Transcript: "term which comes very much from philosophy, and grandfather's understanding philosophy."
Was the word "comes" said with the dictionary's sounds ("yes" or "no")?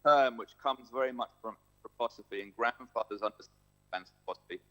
yes